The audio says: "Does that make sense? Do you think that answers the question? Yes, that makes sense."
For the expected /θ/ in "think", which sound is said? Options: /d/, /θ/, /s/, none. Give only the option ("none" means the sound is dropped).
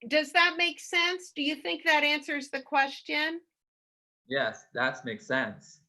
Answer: /θ/